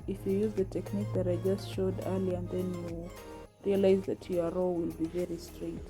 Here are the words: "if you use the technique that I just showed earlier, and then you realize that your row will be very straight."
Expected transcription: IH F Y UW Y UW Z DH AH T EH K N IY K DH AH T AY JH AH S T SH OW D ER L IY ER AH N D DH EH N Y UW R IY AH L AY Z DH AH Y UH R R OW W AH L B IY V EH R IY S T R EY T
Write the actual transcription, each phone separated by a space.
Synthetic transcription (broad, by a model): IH F Y UW Y UW Z DH AH T EH K N IY K DH AH T AY JH AH S T SH OW D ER L IY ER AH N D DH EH N Y UW R IY AH L AY Z DH AH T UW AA R OW W AH L B IY V EH R IY S T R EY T